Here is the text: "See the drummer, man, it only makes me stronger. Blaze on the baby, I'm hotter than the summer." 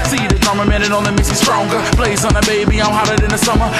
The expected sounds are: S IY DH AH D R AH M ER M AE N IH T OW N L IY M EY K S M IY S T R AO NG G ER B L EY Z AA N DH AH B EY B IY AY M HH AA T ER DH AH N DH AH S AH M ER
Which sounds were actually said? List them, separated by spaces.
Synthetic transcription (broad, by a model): S IY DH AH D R M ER M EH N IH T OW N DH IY M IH S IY S T R AO NG G ER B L EY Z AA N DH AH B EY B IY AY M HH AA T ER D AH N DH AH S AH M ER